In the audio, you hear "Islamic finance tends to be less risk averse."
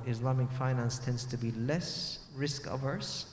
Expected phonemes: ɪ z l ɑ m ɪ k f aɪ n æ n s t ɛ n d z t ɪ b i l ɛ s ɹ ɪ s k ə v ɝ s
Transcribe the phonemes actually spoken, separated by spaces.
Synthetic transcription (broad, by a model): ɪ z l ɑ m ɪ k f aɪ n æ n s t ɛ n d z t ɪ b i l ɛ s ɹ ɪ s k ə v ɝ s